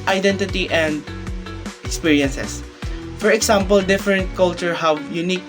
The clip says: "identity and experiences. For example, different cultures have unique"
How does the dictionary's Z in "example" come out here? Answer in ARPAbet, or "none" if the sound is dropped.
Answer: S